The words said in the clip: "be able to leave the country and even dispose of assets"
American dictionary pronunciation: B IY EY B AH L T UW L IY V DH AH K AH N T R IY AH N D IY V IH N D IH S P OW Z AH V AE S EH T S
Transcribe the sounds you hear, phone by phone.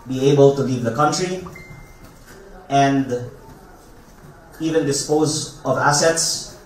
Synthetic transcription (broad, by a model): B IY EY B AH L T UW L IY V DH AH K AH N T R IY AH N D IY V IH N D IH S P OW Z AH V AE S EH T S